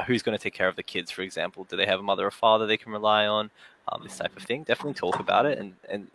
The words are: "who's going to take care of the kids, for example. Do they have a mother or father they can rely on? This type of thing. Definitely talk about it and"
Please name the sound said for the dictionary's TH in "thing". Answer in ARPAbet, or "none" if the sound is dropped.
TH